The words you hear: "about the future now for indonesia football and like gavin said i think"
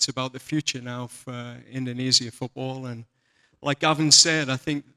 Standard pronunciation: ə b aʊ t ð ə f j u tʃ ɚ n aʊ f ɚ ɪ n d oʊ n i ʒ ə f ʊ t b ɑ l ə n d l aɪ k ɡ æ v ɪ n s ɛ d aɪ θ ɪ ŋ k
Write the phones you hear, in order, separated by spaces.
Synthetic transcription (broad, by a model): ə b aʊ t ð ə f j u tʃ ɚ n aʊ f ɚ ɪ n d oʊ n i z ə f ʊ t b ɑ l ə n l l aɪ k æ v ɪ n s ɛ d aɪ θ ɪ ŋ k